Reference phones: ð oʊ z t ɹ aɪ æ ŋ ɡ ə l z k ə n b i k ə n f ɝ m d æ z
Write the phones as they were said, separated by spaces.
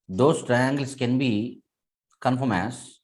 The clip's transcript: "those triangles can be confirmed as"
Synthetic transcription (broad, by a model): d oʊ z t ɹ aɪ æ ŋ ɡ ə l s k ə n b i k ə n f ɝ m æ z